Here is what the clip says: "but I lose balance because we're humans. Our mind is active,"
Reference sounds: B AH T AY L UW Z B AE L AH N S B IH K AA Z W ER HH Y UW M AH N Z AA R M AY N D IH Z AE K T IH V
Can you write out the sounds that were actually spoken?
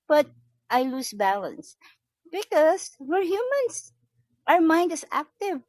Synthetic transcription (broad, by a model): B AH T AY L UW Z B AE L AH N S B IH K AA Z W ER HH Y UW M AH N S AA R M AY N D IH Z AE K T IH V